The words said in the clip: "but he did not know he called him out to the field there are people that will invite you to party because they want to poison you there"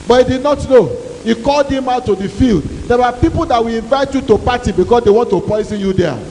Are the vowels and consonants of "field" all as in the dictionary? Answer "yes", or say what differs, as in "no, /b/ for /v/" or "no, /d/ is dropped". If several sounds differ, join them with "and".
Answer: yes